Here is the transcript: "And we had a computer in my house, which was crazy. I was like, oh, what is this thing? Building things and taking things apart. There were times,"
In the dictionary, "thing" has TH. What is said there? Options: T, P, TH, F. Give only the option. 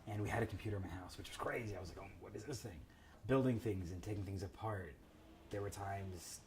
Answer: TH